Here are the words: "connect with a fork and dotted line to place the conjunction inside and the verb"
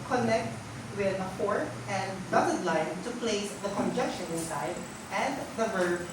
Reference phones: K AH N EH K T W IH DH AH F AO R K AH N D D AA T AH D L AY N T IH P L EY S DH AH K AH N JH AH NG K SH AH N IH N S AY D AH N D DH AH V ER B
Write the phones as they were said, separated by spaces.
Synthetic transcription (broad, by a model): K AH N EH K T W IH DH AH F AO R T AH N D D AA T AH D L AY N T IH P L EY S DH AH K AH N JH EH K SH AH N IH N S AY D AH N DH AH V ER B